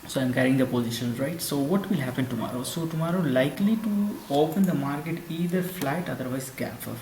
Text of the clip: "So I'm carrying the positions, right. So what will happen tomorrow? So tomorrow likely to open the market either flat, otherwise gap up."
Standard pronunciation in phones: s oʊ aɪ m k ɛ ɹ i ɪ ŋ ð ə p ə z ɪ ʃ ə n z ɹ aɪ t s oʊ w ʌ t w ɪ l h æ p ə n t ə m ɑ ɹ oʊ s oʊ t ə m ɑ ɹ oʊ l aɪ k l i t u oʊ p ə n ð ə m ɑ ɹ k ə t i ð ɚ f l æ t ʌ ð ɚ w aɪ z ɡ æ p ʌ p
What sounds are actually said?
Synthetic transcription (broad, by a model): s oʊ aɪ m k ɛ ɹ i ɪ ŋ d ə p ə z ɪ ʃ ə n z ɹ aɪ t s oʊ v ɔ t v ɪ l h æ p ə n t ə m ɑ ɹ oʊ s oʊ t ə m ɑ ɹ oʊ l aɪ k l i t u oʊ p ə n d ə m ɑ ɹ k ə t i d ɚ f l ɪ t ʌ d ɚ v aɪ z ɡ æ f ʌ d